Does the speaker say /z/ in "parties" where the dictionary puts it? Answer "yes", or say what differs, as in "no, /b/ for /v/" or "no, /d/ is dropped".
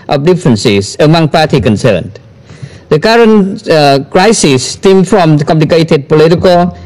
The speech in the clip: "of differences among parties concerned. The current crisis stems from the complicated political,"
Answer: no, /z/ is dropped